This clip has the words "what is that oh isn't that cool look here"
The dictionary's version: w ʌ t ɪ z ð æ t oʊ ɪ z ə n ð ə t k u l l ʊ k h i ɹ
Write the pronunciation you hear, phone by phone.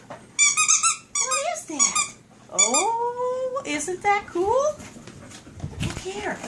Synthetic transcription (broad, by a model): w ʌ ɪ z ð æ t oʊ ɪ z ə n ð ə t k u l l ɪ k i ɹ